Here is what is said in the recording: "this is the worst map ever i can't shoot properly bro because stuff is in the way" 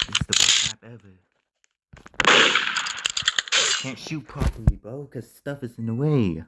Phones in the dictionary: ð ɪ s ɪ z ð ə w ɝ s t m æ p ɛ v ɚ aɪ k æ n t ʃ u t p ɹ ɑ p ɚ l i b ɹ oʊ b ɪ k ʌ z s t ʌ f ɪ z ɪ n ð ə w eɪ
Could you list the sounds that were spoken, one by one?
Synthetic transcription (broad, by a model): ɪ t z ð ə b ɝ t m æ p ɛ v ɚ k æ n t ʃ u t p ɹ ɑ p ɚ l i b oʊ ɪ k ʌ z s t ʌ f ɪ z ɪ n ð ə w eɪ